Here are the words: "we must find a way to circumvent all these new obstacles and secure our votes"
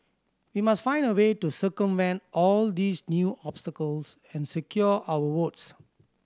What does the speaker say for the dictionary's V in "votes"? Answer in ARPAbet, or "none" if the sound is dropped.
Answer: W